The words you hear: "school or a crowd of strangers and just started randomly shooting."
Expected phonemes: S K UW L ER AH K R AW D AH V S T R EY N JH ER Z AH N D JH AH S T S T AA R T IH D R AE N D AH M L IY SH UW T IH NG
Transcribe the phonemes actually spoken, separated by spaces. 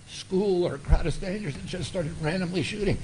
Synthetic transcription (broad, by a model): S K UW L ER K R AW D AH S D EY N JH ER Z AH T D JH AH S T S T AA R T IH D R AE N D AH M L IY SH UW T IH NG